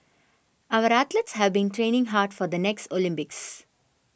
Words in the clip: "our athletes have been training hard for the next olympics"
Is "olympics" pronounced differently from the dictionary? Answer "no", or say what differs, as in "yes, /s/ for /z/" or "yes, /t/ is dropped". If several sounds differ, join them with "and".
no